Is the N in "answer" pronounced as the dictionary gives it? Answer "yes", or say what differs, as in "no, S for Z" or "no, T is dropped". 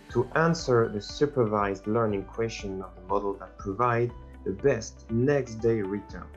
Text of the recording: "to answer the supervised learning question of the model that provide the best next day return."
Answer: yes